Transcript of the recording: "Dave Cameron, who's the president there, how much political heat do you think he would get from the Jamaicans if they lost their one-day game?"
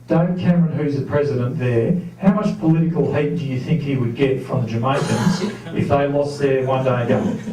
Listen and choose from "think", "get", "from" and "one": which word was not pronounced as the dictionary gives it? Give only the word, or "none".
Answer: none